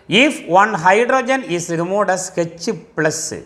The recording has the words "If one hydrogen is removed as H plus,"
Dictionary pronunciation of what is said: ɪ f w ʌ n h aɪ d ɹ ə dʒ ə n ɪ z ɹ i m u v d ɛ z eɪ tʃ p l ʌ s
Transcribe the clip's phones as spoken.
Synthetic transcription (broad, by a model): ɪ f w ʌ n h aɪ d ɹ ə dʒ ə n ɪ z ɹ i m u d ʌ s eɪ tʃ p l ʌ s